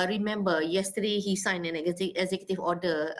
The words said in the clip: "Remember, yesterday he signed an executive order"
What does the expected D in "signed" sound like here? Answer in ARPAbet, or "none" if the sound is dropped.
none